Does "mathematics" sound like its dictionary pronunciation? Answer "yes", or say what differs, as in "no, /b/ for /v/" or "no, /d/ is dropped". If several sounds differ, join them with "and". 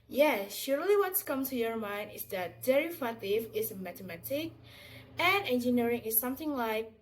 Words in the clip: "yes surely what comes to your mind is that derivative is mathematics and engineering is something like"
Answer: no, /t/ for /θ/ and /s/ is dropped